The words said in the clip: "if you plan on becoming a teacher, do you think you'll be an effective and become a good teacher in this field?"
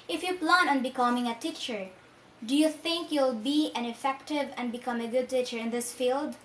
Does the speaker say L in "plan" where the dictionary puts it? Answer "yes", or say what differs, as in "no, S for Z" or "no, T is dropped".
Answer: yes